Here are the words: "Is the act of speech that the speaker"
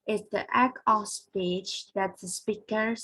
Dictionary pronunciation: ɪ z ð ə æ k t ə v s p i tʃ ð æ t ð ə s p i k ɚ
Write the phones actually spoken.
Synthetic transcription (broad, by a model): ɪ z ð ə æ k ə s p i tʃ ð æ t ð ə s p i k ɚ